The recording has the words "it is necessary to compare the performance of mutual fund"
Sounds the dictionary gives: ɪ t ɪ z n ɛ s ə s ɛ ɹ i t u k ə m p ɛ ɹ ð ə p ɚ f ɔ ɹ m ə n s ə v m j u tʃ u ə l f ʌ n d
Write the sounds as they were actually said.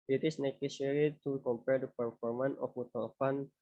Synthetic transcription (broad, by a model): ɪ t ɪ s n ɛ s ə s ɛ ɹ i t u k ə m p ɛ ɹ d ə p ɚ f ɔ ɹ m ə n ə f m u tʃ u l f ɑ n